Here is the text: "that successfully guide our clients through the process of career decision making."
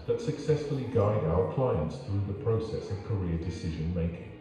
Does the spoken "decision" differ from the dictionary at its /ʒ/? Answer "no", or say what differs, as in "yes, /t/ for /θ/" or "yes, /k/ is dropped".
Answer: no